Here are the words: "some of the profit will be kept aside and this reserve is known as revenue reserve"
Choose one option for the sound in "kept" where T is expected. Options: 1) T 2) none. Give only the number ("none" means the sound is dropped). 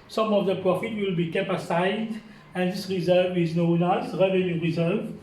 2